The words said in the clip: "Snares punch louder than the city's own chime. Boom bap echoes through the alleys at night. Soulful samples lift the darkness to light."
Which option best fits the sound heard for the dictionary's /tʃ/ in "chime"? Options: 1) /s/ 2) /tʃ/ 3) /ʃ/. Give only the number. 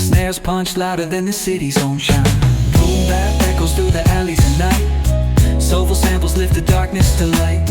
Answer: 3